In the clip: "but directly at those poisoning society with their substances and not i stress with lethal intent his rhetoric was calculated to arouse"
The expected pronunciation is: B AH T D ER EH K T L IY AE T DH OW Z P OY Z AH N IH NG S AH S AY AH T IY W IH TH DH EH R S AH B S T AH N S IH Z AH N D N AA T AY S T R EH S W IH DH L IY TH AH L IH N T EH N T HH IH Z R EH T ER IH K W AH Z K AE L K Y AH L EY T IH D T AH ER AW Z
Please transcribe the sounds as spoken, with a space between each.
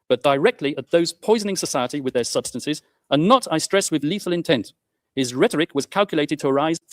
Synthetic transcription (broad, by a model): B AH T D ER EH K T L IY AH T DH OW Z P OY Z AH N IH NG S AH S AY AH T IY W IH DH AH R S AH B S T AH N S IH Z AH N N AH T AY S T R EH S W IH DH L IY TH AH L IH N T EH N T HH IH Z R EH T ER IH K W AH Z K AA L K Y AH L EY T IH D T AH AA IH Z